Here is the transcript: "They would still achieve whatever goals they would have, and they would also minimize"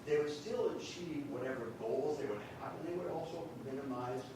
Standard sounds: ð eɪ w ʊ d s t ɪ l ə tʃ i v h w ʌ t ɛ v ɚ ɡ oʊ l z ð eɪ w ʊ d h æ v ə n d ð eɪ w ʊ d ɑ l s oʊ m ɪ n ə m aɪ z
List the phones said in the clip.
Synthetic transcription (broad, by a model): ð eɪ w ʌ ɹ s t ɪ l ə tʃ i v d w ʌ t ɛ v ɚ ɡ oʊ l z ð eɪ w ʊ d h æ p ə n ð eɪ w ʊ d ɑ l s oʊ m ɪ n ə m aɪ z